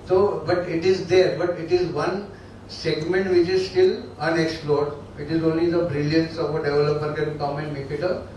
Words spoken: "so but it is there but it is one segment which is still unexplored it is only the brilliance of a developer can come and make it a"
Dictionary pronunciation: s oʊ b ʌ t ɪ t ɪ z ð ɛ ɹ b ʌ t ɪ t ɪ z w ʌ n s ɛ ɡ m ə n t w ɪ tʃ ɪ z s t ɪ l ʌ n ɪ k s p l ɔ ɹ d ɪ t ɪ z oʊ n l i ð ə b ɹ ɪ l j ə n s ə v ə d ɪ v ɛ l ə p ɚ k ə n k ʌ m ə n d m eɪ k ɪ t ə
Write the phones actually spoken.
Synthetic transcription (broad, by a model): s oʊ b ʌ t ɪ t ɪ z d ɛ ɹ b ʌ t ɪ t ɪ z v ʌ n s ɛ ɡ m ə n t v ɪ tʃ ɪ z s t ɪ l ʌ n ɪ k s p l ɔ ɹ d ɪ t ɪ z oʊ n l i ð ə b ɹ ɪ l j ə n s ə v ə d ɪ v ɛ l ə p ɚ k ə n k ʌ m ə n d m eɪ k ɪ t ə